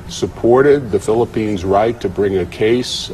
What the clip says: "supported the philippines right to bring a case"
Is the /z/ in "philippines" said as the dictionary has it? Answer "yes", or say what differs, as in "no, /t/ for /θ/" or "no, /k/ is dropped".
yes